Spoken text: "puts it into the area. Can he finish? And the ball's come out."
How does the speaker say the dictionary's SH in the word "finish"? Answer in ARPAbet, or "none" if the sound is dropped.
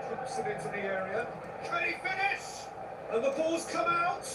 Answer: S